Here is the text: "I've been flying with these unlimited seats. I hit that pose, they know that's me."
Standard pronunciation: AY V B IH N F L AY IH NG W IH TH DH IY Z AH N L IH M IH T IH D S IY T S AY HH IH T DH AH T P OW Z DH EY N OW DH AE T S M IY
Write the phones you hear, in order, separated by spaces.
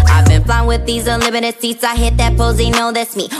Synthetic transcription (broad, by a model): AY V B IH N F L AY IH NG W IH DH IY Z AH L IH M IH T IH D S IY T S AY HH IH T DH AH T P OW Z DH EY N OW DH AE T S M IY